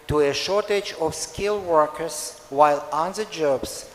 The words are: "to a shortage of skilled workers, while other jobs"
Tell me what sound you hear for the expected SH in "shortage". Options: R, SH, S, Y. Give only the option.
SH